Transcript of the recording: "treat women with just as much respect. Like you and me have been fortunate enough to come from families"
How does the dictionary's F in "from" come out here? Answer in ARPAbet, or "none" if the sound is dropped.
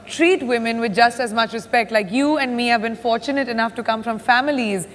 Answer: F